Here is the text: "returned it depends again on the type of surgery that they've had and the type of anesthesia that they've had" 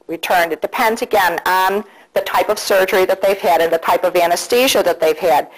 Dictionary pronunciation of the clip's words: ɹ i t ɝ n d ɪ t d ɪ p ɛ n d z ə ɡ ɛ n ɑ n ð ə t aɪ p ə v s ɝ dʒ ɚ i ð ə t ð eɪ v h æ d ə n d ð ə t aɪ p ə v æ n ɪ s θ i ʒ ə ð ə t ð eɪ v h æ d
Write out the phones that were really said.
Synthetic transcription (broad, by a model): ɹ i t ɝ n d ɪ t d ɪ p ɛ n d z ə ɡ ɛ n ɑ n ð ə t aɪ p ə v s ɝ dʒ ɚ i ð ə t ð eɪ v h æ d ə n ð ə t aɪ p ə v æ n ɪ s t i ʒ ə ð ə t ð eɪ v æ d